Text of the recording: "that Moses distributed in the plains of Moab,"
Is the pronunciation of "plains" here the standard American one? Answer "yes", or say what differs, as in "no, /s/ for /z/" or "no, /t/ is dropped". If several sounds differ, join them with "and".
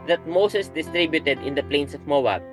no, /s/ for /z/